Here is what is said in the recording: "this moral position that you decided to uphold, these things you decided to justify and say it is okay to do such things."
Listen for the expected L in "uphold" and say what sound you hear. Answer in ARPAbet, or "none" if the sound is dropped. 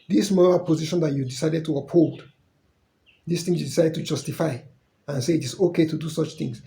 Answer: L